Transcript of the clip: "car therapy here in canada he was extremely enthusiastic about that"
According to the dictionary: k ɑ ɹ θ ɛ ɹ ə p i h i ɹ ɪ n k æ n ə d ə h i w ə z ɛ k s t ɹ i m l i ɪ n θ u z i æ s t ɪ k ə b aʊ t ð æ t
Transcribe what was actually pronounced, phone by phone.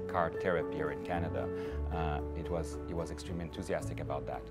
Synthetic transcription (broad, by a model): k ɑ ɹ t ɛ ɹ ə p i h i ɹ ɪ n k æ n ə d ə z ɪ w ə z ɛ k s t ɹ i m l i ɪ n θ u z i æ s t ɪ k ə b aʊ t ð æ t